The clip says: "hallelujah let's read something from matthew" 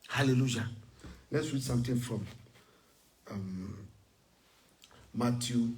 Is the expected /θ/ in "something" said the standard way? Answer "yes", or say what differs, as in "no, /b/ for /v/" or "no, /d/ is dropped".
no, /t/ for /θ/